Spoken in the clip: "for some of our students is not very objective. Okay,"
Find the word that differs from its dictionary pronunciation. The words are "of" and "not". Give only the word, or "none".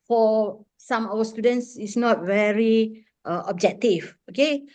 of